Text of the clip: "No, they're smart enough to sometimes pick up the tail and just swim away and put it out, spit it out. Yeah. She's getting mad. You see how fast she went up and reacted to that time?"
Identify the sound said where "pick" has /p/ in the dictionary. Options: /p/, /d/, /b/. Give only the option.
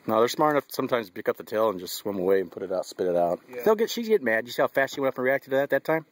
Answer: /b/